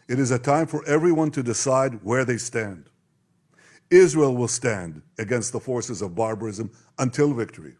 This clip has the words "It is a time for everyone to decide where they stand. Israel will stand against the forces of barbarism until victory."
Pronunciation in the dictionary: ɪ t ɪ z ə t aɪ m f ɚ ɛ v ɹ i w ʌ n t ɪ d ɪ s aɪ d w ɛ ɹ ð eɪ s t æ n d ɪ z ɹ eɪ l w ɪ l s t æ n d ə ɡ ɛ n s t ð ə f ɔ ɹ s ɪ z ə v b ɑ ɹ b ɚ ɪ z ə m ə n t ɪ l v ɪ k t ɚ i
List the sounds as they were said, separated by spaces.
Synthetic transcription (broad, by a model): ɪ t ɪ z ə t aɪ m f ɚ ɛ v ɹ i w ʌ n t ɪ d ɪ s aɪ d w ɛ ɹ ð eɪ s t æ n d ɪ z ɹ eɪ l w ɪ l s t æ n d ə ɡ ɛ n s t ð ə f ɔ ɹ s ɪ z ə v b ɑ ɹ b ɚ ɪ z ə m ə n t ɪ l v ɪ k t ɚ i